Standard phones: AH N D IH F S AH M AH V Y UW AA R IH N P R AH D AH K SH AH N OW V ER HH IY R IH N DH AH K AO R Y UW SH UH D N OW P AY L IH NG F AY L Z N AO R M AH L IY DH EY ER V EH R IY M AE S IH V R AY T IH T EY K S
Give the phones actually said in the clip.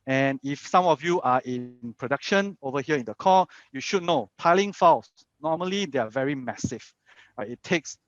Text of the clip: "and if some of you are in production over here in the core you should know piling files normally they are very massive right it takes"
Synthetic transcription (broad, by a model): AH N IH F S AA M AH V Y UW AA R IH N P R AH D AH K SH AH N OW V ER HH IY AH IH N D AH K AO Y UW SH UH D N OW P AY L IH NG F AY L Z N AO M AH L IY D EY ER V EH R IY M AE S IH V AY IH T EY K S